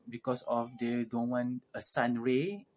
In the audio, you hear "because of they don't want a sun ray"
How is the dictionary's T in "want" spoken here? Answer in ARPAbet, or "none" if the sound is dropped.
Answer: none